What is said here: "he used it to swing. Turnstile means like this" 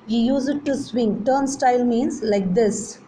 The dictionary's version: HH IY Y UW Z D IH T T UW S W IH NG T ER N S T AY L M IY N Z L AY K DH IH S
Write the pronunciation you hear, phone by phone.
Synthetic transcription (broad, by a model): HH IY Y UW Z IH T T UW S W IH NG T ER N S T AY L M IY N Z L AY K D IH S